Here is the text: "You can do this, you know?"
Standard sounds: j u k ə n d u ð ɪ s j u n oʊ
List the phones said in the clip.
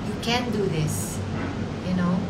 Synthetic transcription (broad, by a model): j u k ə n d u ð ɪ s j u n oʊ